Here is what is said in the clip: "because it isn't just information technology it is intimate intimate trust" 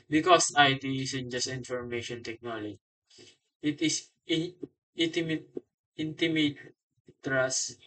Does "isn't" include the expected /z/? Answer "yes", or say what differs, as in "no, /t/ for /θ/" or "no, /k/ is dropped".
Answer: no, /s/ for /z/